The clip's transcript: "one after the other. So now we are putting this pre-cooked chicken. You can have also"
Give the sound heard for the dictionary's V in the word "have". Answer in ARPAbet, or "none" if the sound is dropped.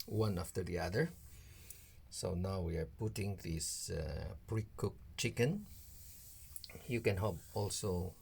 P